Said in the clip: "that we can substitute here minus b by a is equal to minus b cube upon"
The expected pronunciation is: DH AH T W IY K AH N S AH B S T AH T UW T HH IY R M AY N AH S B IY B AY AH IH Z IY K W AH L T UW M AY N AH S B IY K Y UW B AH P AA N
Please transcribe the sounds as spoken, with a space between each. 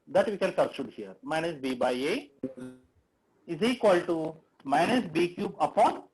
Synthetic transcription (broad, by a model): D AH T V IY K AH N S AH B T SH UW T HH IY R M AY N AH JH B IY B AY AH IH Z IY K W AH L T UW M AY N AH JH B IY K Y UW B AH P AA N